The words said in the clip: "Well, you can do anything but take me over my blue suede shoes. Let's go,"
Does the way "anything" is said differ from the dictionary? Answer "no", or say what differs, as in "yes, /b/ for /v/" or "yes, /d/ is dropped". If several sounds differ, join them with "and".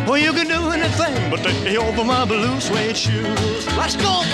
no